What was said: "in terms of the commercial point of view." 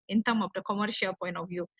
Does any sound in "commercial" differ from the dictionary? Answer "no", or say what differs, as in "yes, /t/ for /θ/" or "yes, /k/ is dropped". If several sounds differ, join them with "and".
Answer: no